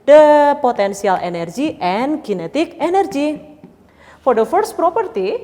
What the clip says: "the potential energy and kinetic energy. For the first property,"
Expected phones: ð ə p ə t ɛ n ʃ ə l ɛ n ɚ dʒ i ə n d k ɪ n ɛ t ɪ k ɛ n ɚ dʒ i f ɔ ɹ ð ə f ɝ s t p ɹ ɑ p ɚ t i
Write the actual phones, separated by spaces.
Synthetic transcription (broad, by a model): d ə p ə t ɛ n s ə l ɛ n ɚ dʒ i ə n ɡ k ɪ n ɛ t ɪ k ɛ n ɚ dʒ i f ɔ ɹ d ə f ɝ s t p ɹ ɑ p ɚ t i